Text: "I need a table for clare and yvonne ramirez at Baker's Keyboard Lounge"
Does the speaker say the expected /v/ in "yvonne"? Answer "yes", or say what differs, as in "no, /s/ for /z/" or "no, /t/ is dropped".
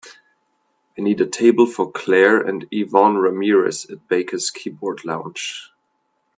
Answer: yes